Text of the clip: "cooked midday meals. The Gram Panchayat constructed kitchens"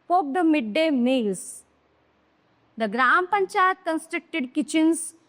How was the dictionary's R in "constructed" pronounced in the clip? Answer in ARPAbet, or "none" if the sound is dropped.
R